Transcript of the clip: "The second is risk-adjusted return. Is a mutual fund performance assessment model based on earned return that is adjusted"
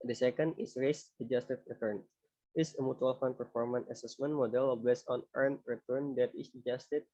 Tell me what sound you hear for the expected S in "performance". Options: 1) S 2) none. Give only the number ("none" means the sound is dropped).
2